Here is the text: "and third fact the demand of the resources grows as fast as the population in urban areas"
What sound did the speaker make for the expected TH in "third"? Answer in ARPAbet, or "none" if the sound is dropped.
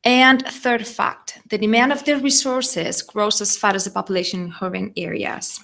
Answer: TH